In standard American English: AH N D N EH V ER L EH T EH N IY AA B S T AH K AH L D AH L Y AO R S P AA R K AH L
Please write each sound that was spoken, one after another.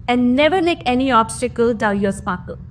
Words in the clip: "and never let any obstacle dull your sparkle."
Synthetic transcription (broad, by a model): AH N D N EH V ER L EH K EH N IY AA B S T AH K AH L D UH N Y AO S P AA K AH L